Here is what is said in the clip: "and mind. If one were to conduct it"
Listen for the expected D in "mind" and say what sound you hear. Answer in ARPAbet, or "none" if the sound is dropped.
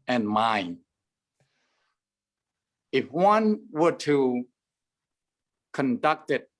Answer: none